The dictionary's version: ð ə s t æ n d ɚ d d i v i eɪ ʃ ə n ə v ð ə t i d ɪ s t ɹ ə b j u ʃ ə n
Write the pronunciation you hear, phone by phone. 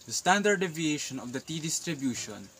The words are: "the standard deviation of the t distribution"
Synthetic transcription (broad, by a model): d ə s t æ n d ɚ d d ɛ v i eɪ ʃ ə n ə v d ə t i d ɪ s t ɹ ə b j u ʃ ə n